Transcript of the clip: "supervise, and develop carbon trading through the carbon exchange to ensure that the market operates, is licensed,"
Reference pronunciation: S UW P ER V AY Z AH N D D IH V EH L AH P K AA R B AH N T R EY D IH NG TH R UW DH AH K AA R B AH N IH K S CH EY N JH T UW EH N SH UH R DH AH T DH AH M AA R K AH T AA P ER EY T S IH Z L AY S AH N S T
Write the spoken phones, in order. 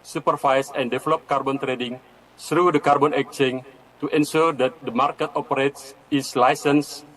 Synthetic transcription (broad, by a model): S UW P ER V AY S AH N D D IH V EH L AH P K AA R B AH N T R EY D IH NG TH R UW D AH K AA R B AH N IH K CH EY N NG T UW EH N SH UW R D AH T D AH M AA R K AH T AA P ER EY T S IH S L AY S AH N S